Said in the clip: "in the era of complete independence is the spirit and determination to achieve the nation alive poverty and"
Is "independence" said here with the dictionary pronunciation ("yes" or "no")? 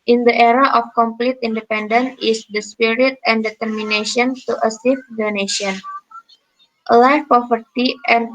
no